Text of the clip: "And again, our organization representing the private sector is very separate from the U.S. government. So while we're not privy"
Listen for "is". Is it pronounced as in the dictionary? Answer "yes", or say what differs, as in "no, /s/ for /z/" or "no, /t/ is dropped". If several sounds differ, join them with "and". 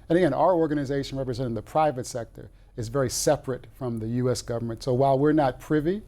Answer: yes